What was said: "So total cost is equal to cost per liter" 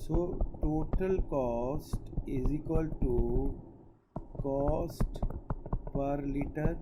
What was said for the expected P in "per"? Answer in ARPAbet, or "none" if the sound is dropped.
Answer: P